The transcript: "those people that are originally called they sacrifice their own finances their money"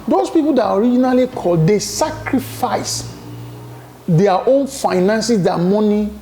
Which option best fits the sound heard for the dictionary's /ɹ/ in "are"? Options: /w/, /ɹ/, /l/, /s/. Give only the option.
/ɹ/